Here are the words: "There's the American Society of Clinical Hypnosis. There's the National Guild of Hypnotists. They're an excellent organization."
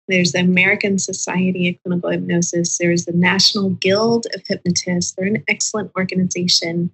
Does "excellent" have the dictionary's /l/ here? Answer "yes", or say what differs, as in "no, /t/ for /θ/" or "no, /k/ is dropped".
yes